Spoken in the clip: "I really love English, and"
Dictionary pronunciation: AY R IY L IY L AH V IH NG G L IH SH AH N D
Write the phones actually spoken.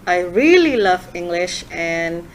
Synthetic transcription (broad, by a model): AY R IY L IY L AH V IH NG G L IH SH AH N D